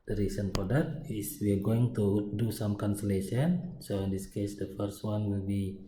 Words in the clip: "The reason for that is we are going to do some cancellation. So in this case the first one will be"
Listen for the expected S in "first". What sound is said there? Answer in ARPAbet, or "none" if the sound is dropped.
S